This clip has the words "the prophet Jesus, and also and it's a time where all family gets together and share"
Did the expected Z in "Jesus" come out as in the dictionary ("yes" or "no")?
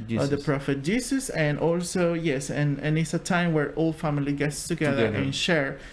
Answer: no